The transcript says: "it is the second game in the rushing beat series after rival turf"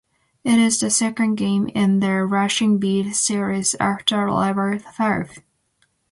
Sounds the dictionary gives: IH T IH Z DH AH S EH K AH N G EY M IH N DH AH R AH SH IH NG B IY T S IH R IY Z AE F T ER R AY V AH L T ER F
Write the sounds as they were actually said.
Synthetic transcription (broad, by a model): IH T IH Z DH AH S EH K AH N G EY M IH N DH AH R AH SH IH NG B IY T S IH R IY Z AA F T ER L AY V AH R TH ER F